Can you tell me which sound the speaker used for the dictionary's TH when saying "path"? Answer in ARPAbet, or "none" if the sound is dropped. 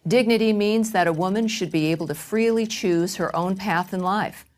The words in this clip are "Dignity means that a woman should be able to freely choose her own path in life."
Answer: TH